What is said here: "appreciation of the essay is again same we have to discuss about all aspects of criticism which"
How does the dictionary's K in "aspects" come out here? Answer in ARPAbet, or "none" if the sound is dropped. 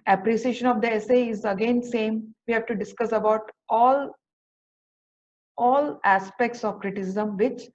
K